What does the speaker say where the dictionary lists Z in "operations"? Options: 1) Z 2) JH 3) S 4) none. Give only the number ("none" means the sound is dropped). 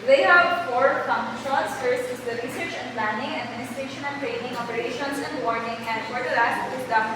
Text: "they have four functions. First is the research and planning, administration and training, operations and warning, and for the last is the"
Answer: 3